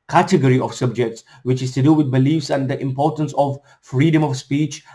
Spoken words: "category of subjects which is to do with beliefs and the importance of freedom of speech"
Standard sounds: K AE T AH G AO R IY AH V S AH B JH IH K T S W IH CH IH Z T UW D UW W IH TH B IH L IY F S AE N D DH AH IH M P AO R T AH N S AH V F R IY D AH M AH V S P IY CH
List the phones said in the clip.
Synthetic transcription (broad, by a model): K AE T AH G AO R IY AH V S AH B JH IH K T S W IH CH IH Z T UW D UW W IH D B IH L IY F S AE N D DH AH IH M P AO R T AH N S AH V F R IY D AH M AH V S P IY CH